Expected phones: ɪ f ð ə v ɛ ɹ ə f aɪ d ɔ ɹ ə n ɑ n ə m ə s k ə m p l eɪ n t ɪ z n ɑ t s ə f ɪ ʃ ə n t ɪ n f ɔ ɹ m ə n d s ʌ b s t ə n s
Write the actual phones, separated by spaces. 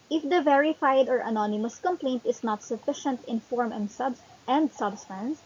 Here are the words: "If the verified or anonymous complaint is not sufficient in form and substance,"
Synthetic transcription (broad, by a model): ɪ f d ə v ɛ ɹ ə f aɪ d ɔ ɹ ə n ɑ n ə m ə s k ə m p l eɪ n t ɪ s n ɑ t s ə f ɪ ʃ ə n t ɪ n f ɔ ɹ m ə n d s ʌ b s t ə n s